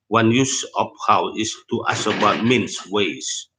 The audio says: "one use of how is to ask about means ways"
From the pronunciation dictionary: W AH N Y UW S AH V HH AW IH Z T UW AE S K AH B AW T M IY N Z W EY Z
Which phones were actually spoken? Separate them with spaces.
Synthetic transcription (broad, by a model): W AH N Y UW S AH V HH AW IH S T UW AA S AH B AW T M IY N S W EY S